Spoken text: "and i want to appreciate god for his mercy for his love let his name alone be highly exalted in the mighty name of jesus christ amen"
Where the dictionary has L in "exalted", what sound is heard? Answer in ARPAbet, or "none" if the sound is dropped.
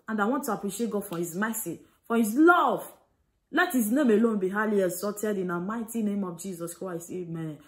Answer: none